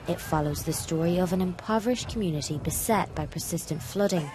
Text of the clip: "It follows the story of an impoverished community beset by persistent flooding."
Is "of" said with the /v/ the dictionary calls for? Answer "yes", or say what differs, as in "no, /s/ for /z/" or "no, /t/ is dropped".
yes